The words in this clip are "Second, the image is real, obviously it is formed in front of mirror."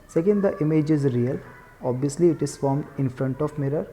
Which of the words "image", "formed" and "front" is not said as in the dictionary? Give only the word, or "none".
none